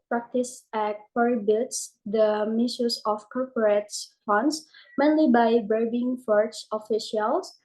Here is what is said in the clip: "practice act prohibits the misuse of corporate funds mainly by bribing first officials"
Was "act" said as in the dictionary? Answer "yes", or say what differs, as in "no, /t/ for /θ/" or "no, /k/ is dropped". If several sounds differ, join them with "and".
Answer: no, /k/ is dropped